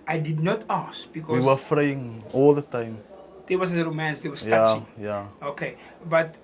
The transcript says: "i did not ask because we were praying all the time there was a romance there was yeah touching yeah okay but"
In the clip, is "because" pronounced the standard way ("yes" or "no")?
no